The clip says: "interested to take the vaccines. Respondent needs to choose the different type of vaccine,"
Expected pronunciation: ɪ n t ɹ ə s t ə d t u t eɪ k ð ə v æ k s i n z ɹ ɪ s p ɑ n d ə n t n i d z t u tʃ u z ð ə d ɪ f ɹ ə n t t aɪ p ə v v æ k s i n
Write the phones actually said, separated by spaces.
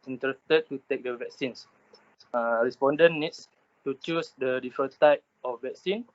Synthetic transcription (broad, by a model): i n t ɹ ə s t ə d t u t eɪ k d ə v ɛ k s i n s ɹ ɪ s p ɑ n d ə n n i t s t u tʃ u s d ə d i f ə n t t aɪ p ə f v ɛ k s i n